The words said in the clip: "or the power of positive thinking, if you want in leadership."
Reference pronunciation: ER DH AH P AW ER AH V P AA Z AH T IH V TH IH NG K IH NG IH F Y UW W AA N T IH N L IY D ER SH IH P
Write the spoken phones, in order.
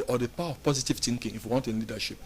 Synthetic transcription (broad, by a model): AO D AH P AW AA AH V P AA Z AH T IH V T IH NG K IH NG IH F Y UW W AA N T IH N L IY D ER SH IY P